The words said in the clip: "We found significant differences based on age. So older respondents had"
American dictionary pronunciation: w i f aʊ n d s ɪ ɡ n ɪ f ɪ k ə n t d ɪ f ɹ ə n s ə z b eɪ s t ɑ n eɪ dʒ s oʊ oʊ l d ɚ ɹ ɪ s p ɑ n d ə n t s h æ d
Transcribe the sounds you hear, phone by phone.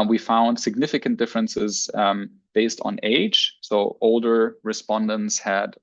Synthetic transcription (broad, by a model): w i f aʊ n d s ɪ ɡ n ɪ f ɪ k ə n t d ɪ f ɹ ə n s ə z b eɪ s t n eɪ dʒ s oʊ oʊ l d ɚ ɹ ɪ s p ɑ n d ə n t s h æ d